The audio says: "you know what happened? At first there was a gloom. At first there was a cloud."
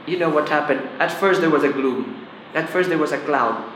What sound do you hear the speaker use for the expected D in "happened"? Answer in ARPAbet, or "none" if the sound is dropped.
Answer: D